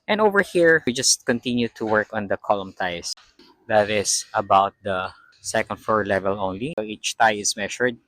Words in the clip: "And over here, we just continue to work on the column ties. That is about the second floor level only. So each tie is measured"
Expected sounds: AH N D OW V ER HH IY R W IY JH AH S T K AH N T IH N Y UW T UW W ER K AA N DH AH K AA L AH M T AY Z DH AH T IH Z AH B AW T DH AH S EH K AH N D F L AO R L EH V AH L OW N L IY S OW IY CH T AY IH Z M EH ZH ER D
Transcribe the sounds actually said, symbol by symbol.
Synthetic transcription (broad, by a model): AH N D OW V ER HH IY R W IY JH AH S T K AH N T IH N Y UW T UW W ER K AA N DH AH K AA L AH M T AY S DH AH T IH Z AH B AW T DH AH S EH K AH N D F AO R L EH V AH L OW N L IY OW IY CH T AY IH S M EH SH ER D